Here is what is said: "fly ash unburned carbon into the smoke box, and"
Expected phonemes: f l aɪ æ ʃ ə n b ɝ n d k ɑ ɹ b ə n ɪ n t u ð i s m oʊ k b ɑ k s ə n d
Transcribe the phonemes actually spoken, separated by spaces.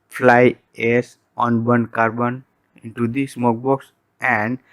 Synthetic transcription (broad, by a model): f l aɪ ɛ s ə n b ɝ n k ɑ ɹ b ə n ɪ n t u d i s m oʊ k b ɑ k s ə n d